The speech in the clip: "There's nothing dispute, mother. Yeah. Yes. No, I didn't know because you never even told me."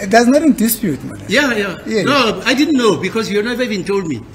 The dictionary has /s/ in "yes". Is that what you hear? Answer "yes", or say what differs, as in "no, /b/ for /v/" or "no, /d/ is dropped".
no, /s/ is dropped